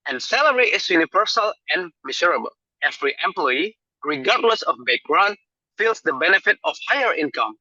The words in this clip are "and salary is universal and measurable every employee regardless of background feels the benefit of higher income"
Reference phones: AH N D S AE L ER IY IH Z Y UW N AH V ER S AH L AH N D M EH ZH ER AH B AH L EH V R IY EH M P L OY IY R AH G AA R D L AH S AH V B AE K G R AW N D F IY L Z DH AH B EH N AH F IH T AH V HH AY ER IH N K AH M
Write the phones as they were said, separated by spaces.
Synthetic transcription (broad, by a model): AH N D S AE L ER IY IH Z Y UW N AH V ER S AH L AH N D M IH S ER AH B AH L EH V R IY EH M P L OY IY R AH G AA R D L AH S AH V B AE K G R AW N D F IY L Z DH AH B EH N AH F IH T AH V HH AY ER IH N K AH M